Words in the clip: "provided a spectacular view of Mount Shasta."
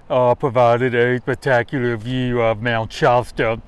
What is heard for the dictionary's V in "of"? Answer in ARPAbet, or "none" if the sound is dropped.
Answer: V